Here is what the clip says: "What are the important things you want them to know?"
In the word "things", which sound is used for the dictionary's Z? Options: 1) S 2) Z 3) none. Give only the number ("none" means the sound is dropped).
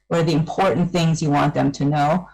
2